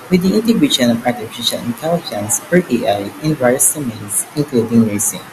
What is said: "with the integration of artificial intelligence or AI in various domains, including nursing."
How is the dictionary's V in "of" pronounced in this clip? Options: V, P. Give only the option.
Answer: P